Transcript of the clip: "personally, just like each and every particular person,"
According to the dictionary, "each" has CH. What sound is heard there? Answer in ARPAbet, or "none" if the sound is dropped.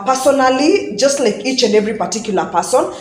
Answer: CH